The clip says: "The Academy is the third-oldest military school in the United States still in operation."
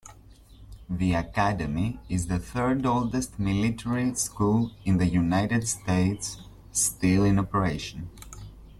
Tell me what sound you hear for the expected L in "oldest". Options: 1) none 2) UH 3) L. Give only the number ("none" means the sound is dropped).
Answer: 3